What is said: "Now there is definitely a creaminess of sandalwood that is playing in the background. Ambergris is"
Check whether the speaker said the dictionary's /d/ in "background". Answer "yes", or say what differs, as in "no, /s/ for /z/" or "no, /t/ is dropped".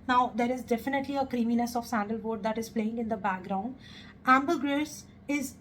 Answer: yes